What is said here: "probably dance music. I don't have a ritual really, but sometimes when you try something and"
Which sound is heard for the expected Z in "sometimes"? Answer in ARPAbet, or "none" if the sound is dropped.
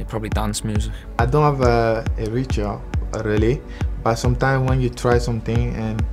none